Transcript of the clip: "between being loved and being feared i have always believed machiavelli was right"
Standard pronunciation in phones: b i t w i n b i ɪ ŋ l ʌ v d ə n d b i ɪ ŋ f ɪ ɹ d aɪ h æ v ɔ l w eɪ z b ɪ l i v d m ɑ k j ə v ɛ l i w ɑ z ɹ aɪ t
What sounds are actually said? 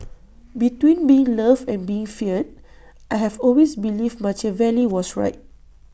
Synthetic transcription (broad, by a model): b i t w i n b i ɪ ŋ l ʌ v ə n b i ɪ ŋ f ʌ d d aɪ h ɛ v ɔ l w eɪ s b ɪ l i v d m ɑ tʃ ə v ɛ l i w ɑ s ɹ aɪ t